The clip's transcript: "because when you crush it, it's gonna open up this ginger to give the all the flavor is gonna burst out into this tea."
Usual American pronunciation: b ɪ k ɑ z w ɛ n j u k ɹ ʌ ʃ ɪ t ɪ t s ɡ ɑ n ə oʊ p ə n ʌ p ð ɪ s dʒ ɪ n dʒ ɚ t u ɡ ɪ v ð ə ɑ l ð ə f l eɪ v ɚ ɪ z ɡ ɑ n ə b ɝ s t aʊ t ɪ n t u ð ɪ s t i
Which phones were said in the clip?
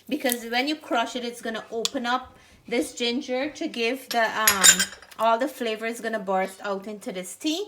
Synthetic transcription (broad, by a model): b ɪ k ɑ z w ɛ n j u k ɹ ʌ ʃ ɪ t ɪ t s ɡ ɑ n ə oʊ p ə n ʌ p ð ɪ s dʒ ɪ n dʒ ɚ t u ɡ ɪ v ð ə ɑ l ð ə f l eɪ v ɚ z ɡ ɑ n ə b ɝ s t aʊ t ɪ n t u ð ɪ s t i